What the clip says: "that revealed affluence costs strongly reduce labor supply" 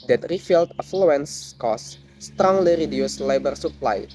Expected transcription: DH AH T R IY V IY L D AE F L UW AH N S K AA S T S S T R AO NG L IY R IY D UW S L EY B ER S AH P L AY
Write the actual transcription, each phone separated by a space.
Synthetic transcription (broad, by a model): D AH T R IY F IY L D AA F L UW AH N S K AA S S S T R AO NG L IY R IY D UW S L EY B ER S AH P L AY